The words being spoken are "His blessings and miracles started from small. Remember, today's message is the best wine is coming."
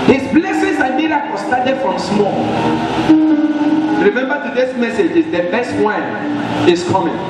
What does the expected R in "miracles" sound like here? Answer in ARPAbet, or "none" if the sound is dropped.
L